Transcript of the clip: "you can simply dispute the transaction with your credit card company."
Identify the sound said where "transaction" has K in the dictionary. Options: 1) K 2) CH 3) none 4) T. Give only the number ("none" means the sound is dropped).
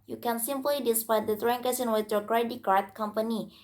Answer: 3